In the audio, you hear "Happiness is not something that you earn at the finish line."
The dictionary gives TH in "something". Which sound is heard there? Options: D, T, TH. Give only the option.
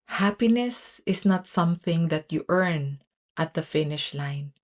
TH